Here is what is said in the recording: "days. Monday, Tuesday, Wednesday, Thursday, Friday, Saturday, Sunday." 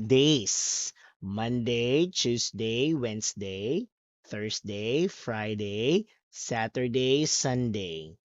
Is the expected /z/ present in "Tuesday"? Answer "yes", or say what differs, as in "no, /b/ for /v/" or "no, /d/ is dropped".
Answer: no, /s/ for /z/